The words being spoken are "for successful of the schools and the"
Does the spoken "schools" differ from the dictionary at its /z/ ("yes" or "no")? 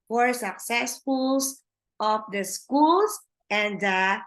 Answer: yes